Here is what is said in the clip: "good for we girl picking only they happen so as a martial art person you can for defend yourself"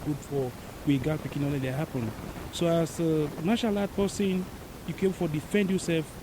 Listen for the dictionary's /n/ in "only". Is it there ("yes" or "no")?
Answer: no